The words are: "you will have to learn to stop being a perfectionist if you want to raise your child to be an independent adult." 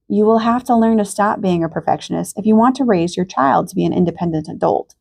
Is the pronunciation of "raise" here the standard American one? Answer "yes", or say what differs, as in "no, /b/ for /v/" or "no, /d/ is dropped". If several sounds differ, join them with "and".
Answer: yes